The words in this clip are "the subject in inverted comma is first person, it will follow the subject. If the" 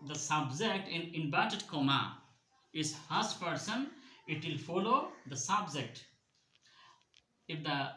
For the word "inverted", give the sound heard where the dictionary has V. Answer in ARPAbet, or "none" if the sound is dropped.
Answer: B